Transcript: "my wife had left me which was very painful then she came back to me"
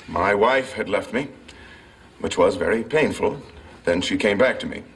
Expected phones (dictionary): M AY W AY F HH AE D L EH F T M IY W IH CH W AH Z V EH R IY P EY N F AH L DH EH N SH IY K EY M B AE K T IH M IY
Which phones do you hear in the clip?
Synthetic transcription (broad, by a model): M AY W AY F HH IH D L EH F T M IY W IH CH W AH Z V EH R IY P EY N F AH L DH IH N SH IY K EY M B AE K T IH M IY